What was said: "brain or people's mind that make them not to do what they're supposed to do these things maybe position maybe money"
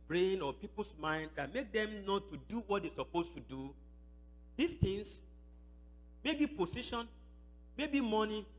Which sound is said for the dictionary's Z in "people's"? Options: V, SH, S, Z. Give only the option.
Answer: S